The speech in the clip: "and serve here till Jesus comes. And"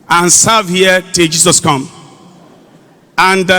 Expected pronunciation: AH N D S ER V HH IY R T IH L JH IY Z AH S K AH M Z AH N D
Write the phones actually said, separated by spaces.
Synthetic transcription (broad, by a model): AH N S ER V HH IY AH T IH L JH IY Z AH S K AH M AH N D